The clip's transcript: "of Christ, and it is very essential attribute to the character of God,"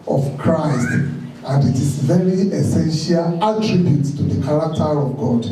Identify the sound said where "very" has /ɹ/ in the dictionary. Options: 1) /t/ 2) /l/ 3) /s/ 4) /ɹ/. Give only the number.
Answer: 2